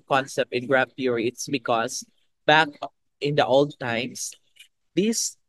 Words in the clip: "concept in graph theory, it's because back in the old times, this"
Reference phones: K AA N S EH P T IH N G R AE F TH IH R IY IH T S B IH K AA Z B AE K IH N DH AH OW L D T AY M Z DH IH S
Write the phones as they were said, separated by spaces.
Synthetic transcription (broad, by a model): K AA N S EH P T IH N G R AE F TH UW R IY IH T S B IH K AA S B AE K IH N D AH OW L D T AY M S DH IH S